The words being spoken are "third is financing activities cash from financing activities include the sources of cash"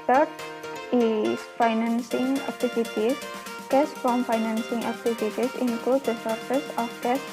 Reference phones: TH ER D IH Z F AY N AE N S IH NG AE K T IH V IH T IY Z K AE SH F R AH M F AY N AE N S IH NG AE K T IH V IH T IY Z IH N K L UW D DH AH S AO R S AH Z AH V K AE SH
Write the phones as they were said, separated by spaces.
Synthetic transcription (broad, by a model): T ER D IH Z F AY N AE N S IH NG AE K T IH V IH T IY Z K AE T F R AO M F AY N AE N S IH NG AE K T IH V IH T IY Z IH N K UW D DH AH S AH R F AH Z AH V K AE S